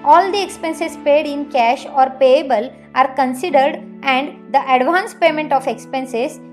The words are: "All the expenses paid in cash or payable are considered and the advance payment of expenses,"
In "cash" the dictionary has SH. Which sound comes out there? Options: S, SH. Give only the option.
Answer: SH